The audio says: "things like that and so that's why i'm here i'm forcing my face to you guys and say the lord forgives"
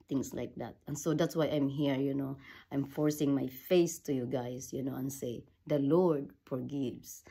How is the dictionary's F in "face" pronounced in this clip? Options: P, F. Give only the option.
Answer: F